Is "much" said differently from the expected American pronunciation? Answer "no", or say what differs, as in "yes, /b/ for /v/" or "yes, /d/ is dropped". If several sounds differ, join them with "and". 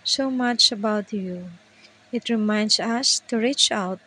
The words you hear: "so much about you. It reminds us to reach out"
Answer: no